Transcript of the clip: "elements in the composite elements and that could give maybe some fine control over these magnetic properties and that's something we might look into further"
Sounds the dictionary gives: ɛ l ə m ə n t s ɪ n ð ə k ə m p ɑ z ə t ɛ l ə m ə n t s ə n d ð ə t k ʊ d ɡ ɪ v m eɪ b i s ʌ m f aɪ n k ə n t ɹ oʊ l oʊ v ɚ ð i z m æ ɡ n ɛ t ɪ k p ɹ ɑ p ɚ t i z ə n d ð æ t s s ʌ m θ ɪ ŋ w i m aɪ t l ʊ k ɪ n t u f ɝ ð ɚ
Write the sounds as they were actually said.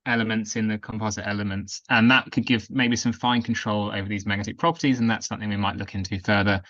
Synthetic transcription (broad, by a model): ɛ l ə m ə n t s ɪ n ð ə k ə m p ɑ z ə t ɛ l ə m ə n t s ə n ð ə t k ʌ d ɡ ɪ v m eɪ b i s ʌ m f aɪ n k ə n t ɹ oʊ l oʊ v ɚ ð i z m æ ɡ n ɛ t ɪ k p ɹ ɑ p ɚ t i z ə n ð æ t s s ʌ m θ ɪ ŋ w i m aɪ t l ʊ k ɪ n t u f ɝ ð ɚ